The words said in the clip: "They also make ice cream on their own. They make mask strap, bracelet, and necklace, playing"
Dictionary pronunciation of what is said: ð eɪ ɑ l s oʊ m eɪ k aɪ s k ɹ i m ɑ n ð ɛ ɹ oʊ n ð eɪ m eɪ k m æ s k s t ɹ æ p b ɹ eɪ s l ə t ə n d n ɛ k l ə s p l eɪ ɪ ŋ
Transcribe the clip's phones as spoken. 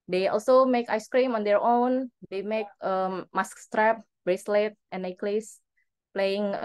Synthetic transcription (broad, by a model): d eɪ ɑ l s oʊ m eɪ k aɪ s k ɹ i m ɑ n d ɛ ɹ oʊ n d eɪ m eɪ k m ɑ s k s t ɹ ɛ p b ɹ eɪ s l ə t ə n n ɛ k l ə s p l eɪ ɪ ŋ